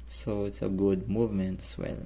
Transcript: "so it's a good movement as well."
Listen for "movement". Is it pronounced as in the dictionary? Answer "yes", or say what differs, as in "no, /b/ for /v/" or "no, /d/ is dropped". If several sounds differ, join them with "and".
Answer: yes